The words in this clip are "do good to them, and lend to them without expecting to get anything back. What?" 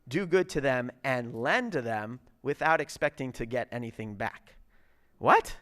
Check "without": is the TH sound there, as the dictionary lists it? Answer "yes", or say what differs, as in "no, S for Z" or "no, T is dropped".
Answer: yes